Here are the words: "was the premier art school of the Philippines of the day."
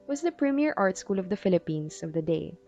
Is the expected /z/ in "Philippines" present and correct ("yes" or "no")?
no